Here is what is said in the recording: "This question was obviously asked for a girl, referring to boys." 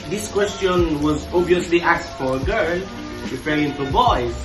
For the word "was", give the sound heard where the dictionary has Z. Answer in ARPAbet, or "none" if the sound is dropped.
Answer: Z